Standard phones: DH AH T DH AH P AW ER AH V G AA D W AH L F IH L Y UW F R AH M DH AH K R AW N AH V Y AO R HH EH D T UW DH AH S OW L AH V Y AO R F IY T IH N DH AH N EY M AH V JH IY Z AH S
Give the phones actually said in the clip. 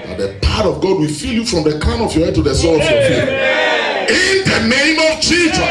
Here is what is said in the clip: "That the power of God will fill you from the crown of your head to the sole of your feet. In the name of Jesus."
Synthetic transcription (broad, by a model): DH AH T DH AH P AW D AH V G AA D W AH L F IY L Y UW F R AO M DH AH K AW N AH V Y AO HH EH D T UW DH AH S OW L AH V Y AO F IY IH N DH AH N EY M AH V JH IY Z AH